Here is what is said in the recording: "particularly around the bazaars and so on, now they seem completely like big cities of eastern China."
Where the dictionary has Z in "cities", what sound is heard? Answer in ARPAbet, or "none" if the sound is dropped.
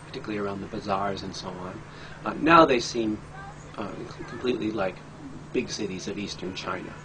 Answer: Z